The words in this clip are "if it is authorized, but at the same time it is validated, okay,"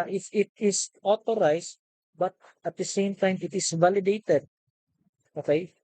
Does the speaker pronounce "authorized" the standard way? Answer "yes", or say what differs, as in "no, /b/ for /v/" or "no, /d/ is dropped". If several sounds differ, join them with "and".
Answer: no, /t/ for /θ/